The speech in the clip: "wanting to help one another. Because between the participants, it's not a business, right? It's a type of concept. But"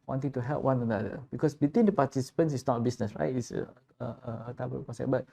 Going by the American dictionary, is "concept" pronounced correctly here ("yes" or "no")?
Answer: no